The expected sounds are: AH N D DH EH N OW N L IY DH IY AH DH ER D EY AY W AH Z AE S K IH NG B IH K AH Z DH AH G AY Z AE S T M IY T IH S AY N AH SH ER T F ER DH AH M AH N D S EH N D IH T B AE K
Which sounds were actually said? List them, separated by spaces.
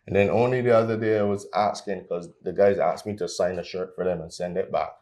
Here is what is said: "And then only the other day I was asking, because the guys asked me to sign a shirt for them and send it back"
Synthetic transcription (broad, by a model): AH N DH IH N OW N L IY DH IY AH DH ER D EY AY W AH Z AE S K IH NG K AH Z DH AH G AY Z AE S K M IY T IH S AY N AH SH ER T F ER DH AH M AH N S EH N D IH T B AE K